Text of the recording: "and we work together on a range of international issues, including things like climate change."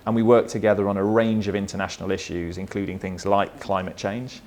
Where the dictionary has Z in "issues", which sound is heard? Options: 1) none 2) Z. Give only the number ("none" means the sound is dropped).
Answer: 2